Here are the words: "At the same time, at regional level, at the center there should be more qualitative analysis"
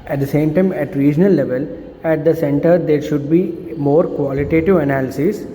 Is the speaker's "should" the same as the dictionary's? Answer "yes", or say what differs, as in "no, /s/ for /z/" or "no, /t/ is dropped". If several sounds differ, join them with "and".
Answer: yes